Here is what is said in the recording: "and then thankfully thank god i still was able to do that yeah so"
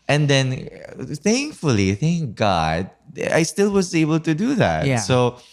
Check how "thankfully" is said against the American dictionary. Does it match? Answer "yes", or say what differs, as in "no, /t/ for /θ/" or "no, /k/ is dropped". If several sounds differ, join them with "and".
yes